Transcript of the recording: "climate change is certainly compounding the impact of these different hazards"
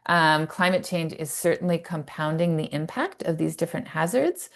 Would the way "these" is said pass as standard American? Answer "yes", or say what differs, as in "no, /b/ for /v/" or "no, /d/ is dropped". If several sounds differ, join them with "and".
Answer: yes